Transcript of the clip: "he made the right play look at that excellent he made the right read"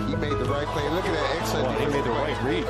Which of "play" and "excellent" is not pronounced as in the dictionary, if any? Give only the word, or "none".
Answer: excellent